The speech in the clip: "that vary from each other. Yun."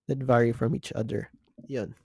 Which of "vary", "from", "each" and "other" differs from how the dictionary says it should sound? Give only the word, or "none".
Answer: none